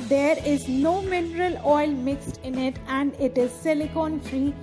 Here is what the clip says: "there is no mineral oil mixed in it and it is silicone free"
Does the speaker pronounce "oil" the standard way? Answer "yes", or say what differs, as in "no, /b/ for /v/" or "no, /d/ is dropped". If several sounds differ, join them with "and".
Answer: yes